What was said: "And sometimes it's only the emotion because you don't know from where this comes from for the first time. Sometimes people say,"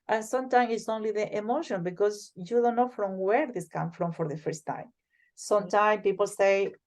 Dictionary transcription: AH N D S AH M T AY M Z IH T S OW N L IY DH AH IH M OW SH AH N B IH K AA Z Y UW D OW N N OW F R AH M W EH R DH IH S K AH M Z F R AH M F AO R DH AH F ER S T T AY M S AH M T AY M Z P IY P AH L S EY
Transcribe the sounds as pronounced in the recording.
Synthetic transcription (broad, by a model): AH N S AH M T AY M IH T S OW N L IY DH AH IH M OW SH AH N B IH K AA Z Y UW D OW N N OW F R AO M W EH R DH IH S K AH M F R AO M F AO R DH AH F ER S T T AY M S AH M T AY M P IY P AH L S EY